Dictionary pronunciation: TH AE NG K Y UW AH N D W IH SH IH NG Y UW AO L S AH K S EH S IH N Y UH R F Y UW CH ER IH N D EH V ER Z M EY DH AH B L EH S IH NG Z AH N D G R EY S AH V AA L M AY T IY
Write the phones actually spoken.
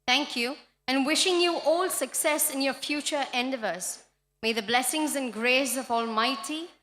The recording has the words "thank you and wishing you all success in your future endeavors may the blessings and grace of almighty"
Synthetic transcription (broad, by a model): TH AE NG K Y UW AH N W IH SH IH NG Y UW AO L S AH K S EH S IH N Y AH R F Y UW CH ER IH N D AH V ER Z M EY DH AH B L EH S IH NG Z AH N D G R EY S AH V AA L M AY T IY